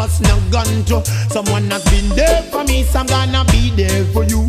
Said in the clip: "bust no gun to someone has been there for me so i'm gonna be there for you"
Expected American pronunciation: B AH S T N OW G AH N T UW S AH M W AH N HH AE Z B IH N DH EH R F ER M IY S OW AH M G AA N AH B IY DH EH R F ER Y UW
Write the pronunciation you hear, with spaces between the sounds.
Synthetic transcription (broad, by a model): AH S N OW G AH N T UW S AH M W AH N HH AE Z B IH N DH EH F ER M IY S AH M G AA N AH B IY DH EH F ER Y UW